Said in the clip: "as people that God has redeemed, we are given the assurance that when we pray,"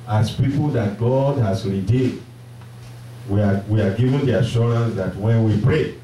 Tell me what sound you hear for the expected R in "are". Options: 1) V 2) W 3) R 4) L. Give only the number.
2